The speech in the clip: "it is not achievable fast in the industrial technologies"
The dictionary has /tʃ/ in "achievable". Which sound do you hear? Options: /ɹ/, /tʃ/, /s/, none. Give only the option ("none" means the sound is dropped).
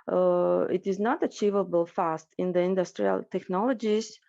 /tʃ/